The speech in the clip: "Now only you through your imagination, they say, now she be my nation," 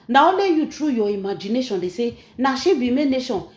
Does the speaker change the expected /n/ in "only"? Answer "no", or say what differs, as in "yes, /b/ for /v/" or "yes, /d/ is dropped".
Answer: yes, /n/ is dropped